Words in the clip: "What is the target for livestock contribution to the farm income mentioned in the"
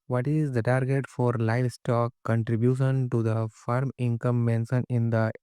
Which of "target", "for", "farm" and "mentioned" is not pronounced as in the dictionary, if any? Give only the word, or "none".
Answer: mentioned